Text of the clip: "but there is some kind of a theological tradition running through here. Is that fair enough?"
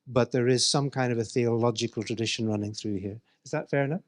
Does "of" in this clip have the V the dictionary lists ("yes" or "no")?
yes